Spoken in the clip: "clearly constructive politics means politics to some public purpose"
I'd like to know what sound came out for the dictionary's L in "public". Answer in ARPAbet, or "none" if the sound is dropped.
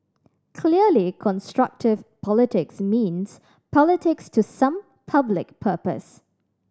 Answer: L